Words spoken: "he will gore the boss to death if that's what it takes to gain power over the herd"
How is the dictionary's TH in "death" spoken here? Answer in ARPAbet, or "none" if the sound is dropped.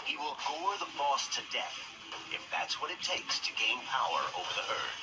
TH